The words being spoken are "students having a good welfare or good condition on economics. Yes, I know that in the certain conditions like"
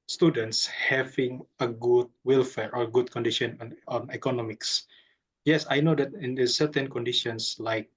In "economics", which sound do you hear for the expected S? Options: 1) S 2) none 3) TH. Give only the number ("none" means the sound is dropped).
1